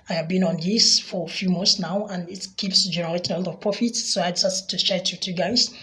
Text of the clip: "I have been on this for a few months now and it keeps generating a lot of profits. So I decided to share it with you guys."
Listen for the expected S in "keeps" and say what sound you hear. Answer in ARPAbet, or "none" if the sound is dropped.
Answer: S